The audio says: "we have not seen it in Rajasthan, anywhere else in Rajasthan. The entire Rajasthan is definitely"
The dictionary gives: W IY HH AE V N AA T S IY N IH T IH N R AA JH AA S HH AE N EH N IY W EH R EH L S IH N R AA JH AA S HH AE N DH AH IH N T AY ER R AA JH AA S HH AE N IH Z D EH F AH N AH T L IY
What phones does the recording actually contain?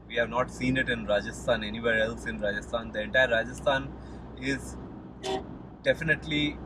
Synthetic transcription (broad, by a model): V IY HH AE V N AA T S IY N IH T IH N R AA JH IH S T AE N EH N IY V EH R EH L S IH N R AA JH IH S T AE N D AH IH N T AY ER R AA JH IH S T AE N IH Z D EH F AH N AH T L IY